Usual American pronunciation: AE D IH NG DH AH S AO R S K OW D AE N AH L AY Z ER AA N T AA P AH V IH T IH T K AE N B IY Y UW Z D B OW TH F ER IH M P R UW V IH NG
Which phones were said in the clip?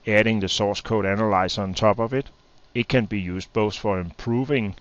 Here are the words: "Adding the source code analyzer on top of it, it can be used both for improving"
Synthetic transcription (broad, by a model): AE D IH NG DH AH S AO S K OW D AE N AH L AY S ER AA N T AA B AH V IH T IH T K AE N B IY Y UW S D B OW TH F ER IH M P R UW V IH NG